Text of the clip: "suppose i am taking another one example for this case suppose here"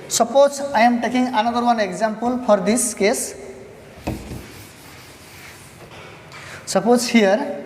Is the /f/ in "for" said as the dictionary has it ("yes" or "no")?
no